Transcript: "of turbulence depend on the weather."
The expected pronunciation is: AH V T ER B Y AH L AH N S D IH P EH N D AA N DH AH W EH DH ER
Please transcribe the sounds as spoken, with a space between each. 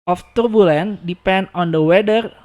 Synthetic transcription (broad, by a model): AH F T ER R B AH L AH N D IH P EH N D AA N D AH W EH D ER